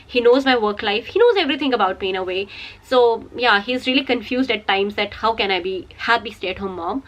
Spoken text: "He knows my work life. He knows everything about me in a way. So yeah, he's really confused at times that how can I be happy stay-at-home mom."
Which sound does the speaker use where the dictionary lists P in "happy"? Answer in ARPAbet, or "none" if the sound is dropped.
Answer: B